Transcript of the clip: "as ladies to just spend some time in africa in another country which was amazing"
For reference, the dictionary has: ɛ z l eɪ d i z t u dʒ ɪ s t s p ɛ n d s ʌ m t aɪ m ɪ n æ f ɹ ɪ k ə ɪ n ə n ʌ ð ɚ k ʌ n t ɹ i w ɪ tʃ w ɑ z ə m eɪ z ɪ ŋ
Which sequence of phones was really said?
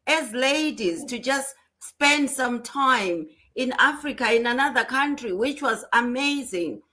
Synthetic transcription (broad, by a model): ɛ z l eɪ d i z t u dʒ ɪ s t s p ɛ n d s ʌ m t aɪ m ɪ n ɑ f ɹ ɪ k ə ɪ n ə n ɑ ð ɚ k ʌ n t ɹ i w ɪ tʃ w ɑ z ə m eɪ z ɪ ŋ